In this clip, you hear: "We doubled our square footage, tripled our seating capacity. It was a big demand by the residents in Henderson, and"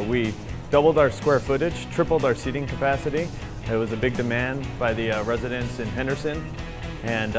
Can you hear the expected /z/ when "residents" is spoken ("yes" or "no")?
yes